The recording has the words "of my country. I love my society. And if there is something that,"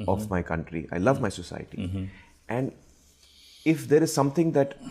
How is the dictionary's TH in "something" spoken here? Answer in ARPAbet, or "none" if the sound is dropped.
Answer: T